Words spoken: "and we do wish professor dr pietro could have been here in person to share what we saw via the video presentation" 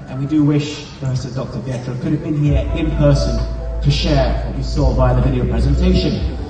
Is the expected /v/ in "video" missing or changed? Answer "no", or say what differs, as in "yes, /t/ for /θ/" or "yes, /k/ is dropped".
no